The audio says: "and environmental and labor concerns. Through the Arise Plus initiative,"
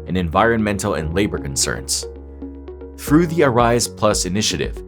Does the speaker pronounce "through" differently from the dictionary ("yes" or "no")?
no